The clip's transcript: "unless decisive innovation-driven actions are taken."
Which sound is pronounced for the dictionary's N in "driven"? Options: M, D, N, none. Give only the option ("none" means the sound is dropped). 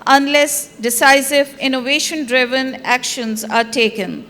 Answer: N